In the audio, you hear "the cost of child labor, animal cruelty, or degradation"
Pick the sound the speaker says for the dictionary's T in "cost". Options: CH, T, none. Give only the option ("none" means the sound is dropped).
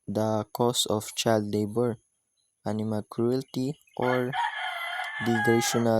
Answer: none